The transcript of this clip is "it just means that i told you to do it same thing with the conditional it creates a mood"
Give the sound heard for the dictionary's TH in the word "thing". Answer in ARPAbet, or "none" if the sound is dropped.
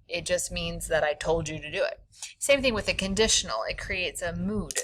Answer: TH